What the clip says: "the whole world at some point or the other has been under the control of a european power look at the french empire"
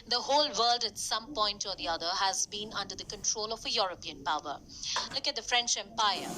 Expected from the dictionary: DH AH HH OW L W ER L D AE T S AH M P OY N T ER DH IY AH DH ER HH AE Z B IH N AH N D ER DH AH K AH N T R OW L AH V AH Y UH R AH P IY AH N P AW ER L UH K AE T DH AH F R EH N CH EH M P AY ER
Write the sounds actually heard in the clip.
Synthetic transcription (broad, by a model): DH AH HH OW L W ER L D AE T S AH M P OY N T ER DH IY AH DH ER HH AE Z B IH N AH N D ER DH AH K AH N T R OW L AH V AH Y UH R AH P IY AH N P AW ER L UH K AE T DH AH F R EH N CH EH M P AY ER